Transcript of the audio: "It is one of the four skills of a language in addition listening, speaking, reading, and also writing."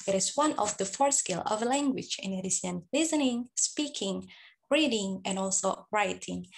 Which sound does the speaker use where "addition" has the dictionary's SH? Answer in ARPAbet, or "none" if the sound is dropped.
S